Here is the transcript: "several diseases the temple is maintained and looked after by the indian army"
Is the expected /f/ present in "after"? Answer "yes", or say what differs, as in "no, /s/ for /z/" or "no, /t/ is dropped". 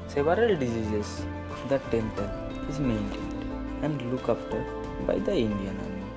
no, /p/ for /f/